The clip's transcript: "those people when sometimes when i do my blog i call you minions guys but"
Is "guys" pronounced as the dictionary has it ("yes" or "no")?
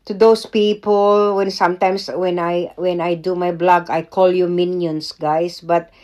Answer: no